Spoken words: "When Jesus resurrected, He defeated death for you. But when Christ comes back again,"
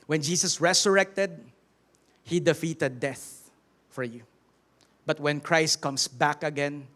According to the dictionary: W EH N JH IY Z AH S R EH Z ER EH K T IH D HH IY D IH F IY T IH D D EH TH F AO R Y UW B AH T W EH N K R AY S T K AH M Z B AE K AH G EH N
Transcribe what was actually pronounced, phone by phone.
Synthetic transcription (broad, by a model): W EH N JH IY S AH S R EH S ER EH K T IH D HH IY D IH F IY T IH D D EH TH F AO R Y UW B AH T W EH N K R AY S T K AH M S B AE K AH G EH N